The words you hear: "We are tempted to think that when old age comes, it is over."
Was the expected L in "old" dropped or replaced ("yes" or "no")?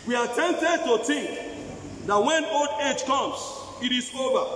no